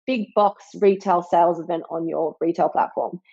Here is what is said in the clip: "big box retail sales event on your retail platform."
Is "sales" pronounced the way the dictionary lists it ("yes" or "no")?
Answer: yes